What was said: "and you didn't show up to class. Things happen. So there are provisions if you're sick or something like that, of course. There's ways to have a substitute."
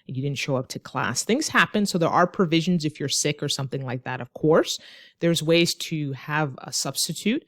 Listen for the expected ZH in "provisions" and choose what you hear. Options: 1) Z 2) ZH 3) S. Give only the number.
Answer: 2